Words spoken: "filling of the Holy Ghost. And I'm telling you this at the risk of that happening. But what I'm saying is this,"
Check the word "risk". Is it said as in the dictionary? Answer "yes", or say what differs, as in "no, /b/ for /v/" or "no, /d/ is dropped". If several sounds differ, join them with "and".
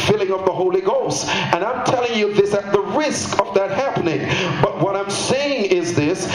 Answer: yes